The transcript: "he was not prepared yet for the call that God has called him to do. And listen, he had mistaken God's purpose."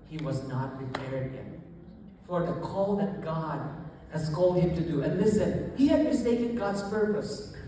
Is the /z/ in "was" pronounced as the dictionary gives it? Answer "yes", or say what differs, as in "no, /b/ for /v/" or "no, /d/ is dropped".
yes